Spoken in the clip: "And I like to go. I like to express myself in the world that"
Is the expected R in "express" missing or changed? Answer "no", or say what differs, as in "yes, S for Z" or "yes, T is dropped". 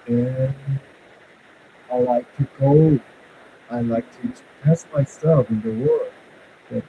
yes, R is dropped